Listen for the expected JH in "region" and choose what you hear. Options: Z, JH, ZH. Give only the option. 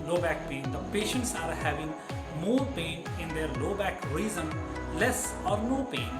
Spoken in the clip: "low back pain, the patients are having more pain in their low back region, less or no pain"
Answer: Z